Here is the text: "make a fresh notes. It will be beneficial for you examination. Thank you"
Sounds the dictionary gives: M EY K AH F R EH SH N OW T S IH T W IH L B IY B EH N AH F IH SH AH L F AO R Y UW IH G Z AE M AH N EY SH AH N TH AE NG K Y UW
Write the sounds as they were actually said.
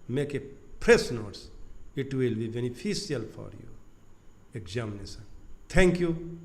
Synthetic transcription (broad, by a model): M EY K AH P R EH S N OW T S IH T W IH L B IY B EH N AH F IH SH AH L F AO R Y UW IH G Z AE M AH N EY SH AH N T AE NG K Y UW